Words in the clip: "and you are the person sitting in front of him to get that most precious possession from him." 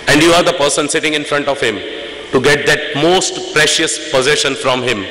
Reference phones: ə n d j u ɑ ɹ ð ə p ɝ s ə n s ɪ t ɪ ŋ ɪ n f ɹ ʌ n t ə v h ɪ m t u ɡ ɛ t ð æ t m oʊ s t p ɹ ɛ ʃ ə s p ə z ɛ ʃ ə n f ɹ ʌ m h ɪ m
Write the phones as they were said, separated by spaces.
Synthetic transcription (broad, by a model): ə n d j u ɑ ɹ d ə p ɝ s ə n s ɪ t ɪ ŋ ɪ n f ɹ ʌ n t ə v h ɪ m t u ɡ ɛ t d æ t m oʊ s t p ɹ ɛ ʃ ə s p ə z ɛ ʃ ə n f ɹ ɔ m h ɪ m